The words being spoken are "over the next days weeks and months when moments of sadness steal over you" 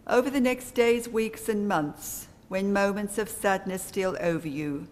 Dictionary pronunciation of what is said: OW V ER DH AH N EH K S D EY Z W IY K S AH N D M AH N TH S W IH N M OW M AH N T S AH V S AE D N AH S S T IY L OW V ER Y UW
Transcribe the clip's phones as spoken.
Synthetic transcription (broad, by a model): OW V ER DH AH N EH K S D EY Z W IY K S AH N M AH N TH S W IH N M OW M AH N T S AH V S AE D N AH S S T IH L OW V ER Y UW